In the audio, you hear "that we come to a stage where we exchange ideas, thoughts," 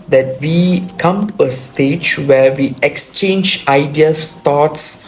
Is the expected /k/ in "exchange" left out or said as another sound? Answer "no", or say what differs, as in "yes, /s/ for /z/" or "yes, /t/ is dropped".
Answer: no